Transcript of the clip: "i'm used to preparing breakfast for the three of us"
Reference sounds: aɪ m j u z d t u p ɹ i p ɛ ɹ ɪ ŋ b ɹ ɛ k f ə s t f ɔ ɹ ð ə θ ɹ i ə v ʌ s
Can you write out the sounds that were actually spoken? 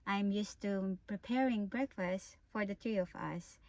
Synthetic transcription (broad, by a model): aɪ m j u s t u p ɹ i p ɛ ɹ ɪ ŋ b ɹ ɛ k f ə s t f ɔ ɹ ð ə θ ɹ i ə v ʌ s